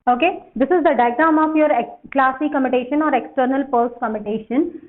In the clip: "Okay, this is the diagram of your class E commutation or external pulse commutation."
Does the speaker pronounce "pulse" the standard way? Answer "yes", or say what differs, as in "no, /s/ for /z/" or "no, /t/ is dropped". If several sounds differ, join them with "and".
no, /l/ is dropped